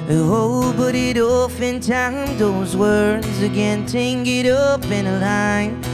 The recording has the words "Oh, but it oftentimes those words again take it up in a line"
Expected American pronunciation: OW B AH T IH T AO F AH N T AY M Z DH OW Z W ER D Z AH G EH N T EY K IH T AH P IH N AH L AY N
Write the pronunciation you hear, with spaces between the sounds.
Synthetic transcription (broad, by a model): OW B AH T IH T AO F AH N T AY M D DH OW Z W ER D Z AH G EH N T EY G IH T AH P IH N AH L AY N